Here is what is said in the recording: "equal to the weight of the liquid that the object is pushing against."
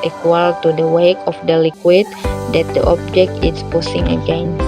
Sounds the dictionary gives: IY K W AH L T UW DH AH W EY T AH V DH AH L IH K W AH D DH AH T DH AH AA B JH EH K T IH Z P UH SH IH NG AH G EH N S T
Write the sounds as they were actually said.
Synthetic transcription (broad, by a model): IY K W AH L T UW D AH W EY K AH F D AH L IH K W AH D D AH T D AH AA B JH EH K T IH S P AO S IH NG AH G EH N